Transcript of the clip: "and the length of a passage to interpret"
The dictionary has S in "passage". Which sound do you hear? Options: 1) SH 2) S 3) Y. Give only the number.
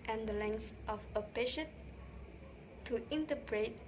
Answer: 1